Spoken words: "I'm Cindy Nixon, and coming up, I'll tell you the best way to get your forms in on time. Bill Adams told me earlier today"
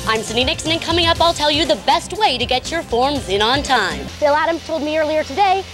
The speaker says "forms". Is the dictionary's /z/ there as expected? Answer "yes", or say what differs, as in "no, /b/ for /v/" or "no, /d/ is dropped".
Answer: yes